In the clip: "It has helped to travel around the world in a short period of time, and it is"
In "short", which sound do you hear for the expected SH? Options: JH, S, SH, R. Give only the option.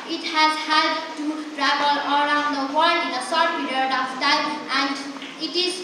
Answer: S